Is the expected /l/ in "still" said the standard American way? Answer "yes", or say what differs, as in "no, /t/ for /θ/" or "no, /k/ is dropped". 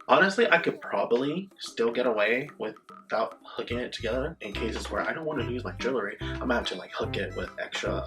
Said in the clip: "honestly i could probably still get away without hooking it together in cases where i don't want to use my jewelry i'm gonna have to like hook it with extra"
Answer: yes